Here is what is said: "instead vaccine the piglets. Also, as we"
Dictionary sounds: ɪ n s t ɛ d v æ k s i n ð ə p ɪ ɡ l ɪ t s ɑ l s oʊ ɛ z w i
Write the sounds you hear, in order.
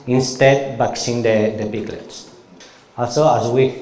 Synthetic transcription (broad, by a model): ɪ n s t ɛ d b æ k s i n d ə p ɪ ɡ l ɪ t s ɑ l s oʊ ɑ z w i